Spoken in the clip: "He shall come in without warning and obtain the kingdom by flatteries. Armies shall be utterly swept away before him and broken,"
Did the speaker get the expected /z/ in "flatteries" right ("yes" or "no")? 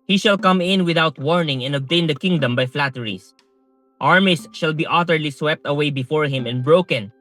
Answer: no